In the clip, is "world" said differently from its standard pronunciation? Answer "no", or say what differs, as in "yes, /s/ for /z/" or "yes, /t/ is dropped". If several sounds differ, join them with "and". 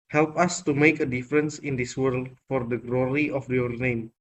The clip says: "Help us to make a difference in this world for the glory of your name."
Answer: no